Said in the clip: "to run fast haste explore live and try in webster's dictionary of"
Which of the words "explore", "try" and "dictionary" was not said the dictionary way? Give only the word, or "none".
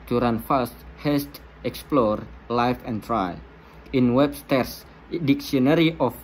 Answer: dictionary